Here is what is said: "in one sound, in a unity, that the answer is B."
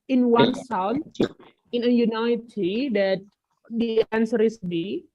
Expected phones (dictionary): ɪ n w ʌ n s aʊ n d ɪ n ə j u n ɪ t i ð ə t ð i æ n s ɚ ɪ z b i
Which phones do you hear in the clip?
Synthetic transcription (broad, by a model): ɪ n w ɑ n s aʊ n ɪ n ə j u n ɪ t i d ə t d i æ n s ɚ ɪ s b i